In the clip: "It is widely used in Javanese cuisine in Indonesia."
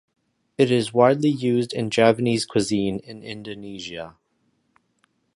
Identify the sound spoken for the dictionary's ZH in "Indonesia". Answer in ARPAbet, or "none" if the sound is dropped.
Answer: ZH